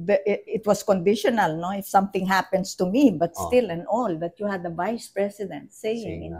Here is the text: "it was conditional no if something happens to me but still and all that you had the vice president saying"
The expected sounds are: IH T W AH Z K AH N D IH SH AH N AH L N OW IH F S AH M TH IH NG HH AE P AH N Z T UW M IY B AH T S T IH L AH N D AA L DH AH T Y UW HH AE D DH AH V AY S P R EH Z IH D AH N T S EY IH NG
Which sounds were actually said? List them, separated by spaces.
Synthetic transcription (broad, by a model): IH T W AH S K AH N D IH SH AH N AH L N OW IH F S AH M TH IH NG HH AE P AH N S T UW M IY B AH T S T IH L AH N AA L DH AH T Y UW HH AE D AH V AY S P R EH S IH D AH N T S EY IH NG